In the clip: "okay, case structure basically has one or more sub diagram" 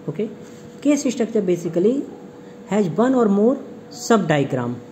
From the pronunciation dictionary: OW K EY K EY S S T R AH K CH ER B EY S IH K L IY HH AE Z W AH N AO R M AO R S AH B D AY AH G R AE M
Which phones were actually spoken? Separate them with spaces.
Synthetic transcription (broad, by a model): OW K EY K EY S SH T AH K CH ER B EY S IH K L IY HH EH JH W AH N AO R M AO R S AH B D AY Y G R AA M